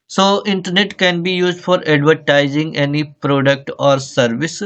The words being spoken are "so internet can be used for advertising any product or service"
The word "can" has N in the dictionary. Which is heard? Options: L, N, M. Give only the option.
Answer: N